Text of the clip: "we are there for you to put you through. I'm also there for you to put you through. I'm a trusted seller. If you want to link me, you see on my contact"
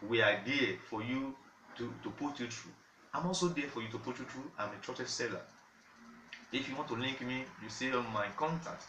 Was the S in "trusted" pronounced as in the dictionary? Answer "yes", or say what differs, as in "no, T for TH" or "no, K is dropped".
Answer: no, S is dropped